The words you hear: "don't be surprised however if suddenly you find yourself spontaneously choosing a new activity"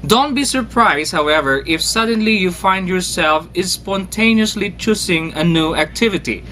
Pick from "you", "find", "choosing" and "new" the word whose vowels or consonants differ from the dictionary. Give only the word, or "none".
choosing